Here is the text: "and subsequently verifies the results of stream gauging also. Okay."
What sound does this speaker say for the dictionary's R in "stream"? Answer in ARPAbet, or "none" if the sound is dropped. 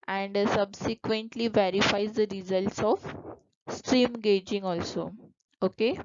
R